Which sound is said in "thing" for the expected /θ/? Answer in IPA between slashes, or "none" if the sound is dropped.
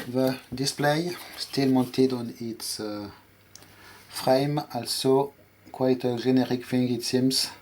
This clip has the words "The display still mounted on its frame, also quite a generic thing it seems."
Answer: /f/